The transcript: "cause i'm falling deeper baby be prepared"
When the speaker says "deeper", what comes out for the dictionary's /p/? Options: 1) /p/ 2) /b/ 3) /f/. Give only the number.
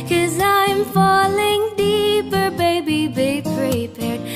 1